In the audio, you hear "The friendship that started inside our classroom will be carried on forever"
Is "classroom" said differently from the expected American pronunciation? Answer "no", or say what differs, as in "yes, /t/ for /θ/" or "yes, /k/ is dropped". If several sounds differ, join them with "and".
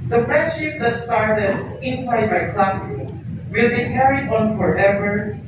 yes, /ɹ/ is dropped